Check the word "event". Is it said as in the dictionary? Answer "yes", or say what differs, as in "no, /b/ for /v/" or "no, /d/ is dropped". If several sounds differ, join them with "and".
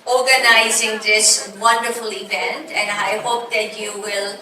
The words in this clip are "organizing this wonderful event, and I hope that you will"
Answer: no, /b/ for /v/